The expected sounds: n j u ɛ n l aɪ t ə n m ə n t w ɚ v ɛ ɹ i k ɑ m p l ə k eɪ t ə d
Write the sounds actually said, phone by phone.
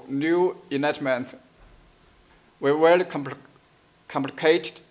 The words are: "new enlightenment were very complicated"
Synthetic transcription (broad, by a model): n j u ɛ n aɪ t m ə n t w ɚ w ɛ l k k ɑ m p l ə k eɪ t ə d